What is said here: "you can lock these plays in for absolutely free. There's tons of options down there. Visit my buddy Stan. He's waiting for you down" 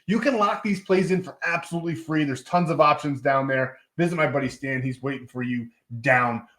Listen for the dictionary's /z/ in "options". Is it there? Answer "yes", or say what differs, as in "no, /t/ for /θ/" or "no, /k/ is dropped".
yes